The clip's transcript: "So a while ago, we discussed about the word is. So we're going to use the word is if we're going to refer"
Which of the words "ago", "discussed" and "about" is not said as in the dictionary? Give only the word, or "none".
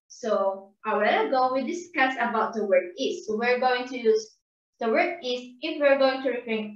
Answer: discussed